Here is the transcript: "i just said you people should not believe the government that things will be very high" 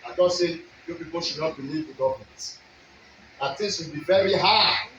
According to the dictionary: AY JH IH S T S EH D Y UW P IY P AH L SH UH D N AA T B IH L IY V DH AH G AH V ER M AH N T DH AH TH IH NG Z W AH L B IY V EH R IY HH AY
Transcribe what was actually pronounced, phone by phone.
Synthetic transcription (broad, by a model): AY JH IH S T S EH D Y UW P IY P AH L SH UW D N AA T B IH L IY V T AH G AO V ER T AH T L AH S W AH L B IY V EH R IY HH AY